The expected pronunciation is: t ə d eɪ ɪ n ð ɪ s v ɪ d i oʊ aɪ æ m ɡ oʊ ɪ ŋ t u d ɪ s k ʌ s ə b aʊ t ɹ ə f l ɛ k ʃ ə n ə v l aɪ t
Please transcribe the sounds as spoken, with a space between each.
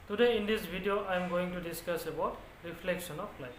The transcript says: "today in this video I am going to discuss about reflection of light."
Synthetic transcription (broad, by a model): t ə d eɪ ɪ n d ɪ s b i d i oʊ aɪ m ɡ oʊ ɪ ŋ t u d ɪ s k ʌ s ə b aʊ t ɹ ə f l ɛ k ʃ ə n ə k l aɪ